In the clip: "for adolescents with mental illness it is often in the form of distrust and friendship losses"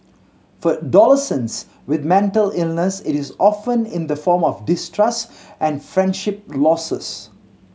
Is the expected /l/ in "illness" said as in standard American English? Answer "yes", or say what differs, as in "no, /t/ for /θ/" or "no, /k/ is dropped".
yes